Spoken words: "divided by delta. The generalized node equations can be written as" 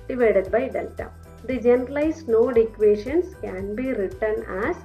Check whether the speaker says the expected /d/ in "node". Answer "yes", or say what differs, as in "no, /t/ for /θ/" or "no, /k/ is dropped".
yes